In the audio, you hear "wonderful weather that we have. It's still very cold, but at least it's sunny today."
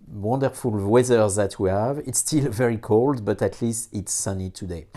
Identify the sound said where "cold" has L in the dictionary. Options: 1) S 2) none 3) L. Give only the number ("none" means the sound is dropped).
3